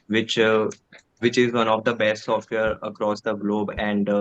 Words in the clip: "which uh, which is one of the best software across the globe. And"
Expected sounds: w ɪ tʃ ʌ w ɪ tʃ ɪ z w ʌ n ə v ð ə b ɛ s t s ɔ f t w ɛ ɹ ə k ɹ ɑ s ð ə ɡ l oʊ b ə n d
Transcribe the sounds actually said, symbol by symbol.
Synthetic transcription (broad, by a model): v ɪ tʃ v ɪ tʃ ɪ z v ʌ n ə v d ə b ɛ s t s ɔ f t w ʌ ɹ ə k ɹ ɑ s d ə ɡ l oʊ b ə n d